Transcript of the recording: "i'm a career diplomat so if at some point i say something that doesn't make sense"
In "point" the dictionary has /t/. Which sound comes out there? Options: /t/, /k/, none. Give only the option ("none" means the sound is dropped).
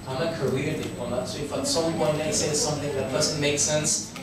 none